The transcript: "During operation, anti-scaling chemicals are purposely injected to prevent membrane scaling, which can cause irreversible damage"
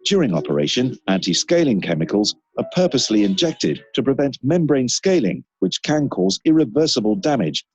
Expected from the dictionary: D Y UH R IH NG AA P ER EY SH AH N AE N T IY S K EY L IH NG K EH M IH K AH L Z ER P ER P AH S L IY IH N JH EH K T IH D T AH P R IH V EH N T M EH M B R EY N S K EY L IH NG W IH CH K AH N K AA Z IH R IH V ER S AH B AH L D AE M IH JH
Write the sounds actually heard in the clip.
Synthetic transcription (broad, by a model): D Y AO R IH NG AA P ER EY SH AH N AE N T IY S K EY L IH NG K EH M IH K AH L Z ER P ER P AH S L IY IH N JH EH K T IH D T AH P R IH V EH N T M EH M B R EY N S K EY L IH NG W IH CH K AH N K AA Z IH R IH V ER S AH B AH L D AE M IH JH